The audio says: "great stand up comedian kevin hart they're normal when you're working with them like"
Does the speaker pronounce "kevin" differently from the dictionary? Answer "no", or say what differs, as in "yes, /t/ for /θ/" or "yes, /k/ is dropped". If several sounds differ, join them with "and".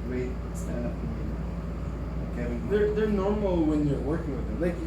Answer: yes, /v/ is dropped